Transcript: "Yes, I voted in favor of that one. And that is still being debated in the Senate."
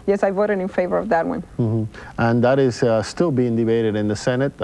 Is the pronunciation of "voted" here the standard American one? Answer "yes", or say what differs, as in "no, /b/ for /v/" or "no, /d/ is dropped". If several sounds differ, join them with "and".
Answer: yes